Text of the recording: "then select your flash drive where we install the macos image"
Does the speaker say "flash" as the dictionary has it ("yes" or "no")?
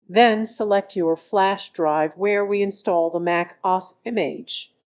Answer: yes